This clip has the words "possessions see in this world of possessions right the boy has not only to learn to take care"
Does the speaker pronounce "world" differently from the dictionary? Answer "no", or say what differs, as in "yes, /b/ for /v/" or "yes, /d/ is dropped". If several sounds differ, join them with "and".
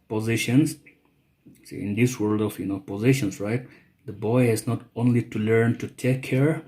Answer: no